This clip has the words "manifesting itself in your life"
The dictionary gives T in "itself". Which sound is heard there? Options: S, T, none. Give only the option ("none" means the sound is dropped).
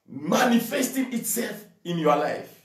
T